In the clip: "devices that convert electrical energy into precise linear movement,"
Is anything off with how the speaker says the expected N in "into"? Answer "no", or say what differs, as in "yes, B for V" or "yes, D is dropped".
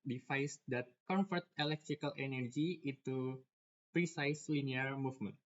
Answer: yes, N is dropped